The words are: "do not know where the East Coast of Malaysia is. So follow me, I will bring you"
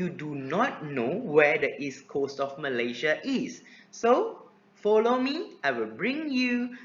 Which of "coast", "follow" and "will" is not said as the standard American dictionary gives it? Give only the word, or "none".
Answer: none